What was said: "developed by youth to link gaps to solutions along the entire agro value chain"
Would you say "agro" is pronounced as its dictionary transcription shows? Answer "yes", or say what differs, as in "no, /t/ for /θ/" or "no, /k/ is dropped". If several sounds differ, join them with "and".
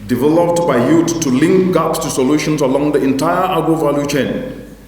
no, /ɹ/ is dropped